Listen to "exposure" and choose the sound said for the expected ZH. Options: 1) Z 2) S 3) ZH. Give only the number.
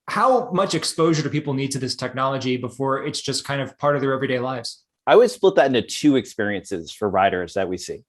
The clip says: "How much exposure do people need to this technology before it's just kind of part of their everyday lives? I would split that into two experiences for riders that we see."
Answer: 3